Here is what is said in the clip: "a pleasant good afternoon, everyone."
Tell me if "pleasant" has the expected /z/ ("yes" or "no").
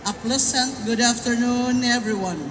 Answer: no